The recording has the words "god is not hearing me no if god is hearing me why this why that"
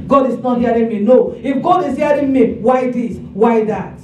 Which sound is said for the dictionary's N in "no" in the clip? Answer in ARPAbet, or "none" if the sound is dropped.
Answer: N